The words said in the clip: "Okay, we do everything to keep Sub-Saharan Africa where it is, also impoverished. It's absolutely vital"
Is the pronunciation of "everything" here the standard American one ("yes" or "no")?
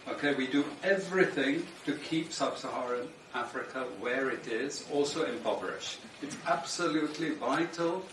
yes